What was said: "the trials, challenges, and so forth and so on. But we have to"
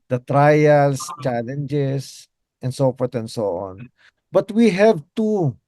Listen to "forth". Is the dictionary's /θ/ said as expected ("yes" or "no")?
no